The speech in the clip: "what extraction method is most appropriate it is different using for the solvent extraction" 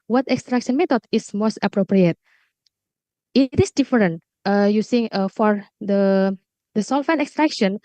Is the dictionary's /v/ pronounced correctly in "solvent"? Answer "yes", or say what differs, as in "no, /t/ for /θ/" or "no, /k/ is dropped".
no, /f/ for /v/